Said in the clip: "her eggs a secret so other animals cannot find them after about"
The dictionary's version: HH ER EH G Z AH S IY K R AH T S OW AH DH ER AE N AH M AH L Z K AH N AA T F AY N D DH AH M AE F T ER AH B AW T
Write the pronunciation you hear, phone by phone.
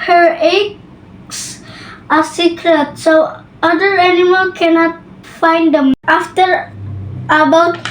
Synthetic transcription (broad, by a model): HH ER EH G S AH S IY K R AH T S OW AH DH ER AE N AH M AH L K AH N AA T F AY N D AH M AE F T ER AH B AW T